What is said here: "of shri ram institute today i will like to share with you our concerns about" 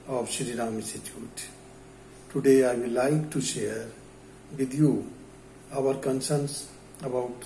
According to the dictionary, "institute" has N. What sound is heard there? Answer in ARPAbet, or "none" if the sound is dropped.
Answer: none